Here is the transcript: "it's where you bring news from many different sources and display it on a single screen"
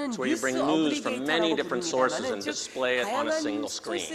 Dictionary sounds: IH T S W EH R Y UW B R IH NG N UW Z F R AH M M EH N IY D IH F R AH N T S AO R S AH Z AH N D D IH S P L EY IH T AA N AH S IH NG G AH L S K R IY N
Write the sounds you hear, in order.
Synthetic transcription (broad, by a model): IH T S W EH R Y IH B R IH NG N UW Z F R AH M M EH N IY D IH F R AH N T S AO R S AH Z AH N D D IH S P L EY IH T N AH S IH NG G L S K R IY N